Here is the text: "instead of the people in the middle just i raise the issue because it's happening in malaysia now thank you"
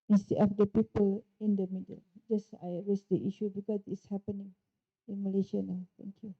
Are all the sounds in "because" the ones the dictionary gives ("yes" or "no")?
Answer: no